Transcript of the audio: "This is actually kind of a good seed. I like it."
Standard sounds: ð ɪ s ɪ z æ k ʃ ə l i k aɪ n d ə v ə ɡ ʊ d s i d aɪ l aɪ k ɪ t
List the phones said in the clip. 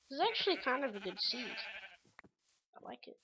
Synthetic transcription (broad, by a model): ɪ ɪ z æ k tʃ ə l i k aɪ n d ə v ə ɡ ʊ d s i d aɪ l aɪ k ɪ t